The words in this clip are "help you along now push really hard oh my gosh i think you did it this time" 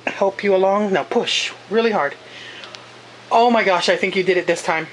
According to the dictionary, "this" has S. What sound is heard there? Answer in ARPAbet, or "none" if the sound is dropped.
S